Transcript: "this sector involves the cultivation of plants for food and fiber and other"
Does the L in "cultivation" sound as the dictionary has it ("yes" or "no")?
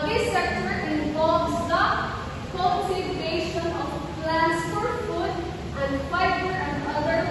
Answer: no